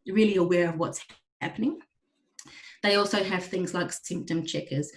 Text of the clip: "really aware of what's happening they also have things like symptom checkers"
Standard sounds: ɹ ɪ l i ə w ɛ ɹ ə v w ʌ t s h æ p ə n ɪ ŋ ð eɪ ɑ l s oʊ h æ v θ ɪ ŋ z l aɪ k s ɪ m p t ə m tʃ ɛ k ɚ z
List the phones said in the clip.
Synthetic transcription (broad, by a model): ɹ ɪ l i ə w ɛ ɹ ə v w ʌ t s h æ p ə n ɪ ŋ ð eɪ ɑ l s oʊ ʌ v θ ɪ ŋ z l aɪ k s ɪ m p t ə m tʃ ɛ k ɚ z